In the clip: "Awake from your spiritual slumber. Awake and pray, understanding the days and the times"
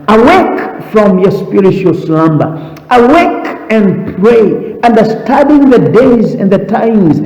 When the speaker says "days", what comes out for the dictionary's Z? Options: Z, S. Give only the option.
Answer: Z